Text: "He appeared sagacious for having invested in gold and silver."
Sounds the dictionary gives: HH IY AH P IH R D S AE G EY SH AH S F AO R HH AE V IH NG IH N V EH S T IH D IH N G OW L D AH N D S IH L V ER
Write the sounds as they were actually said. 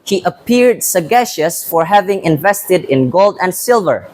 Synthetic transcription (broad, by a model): HH IY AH P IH R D S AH G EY SH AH S F AO R HH AE V IH NG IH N V EH S T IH D IH N G OW L D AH N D S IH L V ER